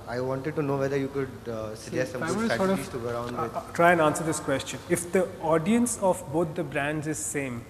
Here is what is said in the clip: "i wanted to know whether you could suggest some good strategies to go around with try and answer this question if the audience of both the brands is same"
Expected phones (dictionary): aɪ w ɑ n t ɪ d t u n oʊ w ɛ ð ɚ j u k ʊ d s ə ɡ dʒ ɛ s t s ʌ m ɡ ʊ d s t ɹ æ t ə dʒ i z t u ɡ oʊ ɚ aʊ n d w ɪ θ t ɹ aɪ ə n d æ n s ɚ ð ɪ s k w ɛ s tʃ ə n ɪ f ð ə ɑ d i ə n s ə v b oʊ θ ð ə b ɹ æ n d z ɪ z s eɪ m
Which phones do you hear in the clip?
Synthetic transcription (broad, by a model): aɪ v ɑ n t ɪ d t u n oʊ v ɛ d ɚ j u k ʊ d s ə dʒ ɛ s s ʌ m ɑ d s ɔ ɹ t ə i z t u ɡ oʊ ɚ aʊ n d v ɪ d t ɹ aɪ ə n d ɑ n s ɚ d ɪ s k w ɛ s tʃ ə n ɪ f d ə ɑ d i ə n s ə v b oʊ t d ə b ɹ æ n d z ɪ z s eɪ m